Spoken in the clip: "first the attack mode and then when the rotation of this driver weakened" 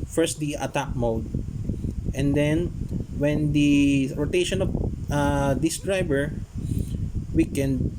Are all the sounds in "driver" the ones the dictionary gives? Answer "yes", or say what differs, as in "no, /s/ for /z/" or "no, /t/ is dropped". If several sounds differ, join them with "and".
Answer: no, /b/ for /v/